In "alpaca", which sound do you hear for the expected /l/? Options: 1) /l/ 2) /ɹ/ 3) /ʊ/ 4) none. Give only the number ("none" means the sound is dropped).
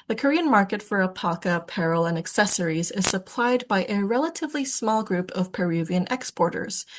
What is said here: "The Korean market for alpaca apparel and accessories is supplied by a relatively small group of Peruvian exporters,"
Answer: 4